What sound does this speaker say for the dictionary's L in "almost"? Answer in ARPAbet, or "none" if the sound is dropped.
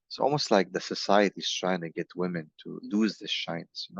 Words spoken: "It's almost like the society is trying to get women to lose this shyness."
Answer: L